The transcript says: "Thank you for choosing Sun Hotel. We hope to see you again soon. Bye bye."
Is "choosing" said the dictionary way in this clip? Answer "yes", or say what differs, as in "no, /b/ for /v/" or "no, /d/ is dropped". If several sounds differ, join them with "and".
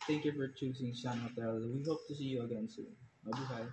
no, /s/ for /z/